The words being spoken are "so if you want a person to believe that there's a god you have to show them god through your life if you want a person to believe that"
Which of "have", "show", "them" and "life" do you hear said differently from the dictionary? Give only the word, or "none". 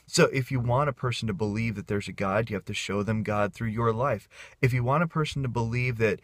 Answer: have